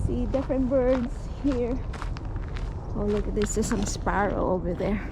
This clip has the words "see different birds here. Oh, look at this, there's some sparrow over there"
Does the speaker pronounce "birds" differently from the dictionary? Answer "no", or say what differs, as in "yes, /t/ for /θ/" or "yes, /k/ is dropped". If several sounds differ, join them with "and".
yes, /s/ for /z/